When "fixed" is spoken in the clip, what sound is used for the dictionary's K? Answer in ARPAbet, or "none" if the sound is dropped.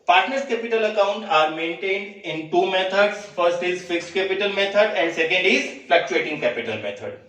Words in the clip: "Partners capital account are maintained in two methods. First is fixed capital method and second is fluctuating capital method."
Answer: K